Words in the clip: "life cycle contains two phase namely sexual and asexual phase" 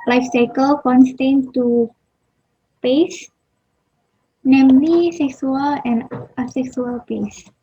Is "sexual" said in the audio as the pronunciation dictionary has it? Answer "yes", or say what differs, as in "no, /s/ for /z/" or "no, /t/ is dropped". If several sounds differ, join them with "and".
no, /s/ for /ʃ/